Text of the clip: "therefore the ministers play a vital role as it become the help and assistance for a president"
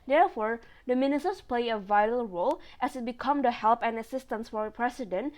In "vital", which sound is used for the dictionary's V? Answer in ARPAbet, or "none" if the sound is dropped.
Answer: V